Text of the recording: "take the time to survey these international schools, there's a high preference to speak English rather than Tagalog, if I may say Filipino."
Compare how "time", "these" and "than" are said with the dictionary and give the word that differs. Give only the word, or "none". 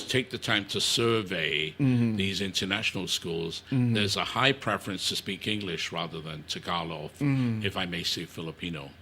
none